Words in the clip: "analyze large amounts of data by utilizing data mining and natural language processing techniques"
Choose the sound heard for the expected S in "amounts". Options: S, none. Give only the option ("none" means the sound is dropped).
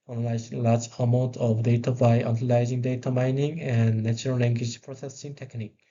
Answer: none